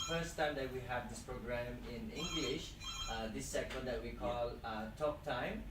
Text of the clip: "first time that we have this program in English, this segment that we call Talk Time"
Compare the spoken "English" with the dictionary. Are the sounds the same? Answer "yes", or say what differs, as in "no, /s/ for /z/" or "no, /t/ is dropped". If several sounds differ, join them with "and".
yes